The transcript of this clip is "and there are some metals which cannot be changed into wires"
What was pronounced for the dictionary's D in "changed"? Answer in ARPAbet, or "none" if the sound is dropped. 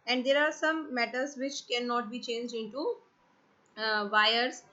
D